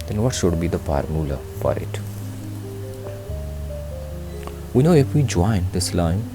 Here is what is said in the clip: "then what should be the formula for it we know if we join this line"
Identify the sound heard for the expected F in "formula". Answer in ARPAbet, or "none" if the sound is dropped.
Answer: P